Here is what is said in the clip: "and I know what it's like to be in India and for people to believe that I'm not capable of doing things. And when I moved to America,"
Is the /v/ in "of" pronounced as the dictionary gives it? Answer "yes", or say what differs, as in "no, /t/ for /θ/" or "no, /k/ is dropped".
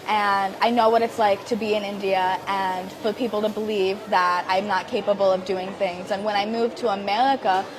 yes